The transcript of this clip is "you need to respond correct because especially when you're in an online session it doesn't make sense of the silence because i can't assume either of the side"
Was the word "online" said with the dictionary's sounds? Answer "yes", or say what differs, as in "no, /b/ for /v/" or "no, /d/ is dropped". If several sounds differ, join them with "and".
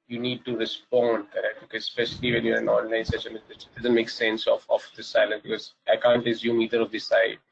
no, /l/ is dropped